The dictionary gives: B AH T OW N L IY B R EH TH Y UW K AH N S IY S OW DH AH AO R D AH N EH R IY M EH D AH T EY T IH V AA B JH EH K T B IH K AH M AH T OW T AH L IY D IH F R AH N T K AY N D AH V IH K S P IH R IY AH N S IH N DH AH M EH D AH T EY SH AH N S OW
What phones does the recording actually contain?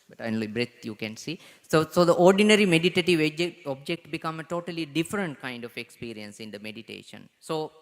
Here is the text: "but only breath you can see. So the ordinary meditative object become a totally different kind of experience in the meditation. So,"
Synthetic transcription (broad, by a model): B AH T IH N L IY B R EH T Y UW K AH N S IY S OW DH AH AO R D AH N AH R IY M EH D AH T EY T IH V AA B JH EH K T B IH K AH M AH T OW T AH L IY D IH F R AH N T K AY N D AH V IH K S P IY R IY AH N S IH N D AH M EH D AH T EY SH AH N S OW